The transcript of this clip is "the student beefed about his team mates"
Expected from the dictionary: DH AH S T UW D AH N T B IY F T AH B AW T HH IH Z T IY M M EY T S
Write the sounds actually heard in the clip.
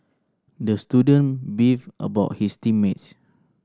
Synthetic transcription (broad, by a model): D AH S T UW D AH N B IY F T AH B AW T HH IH S T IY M M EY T